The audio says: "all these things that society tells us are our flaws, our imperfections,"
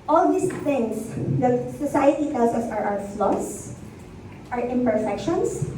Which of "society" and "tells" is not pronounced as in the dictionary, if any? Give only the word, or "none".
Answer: tells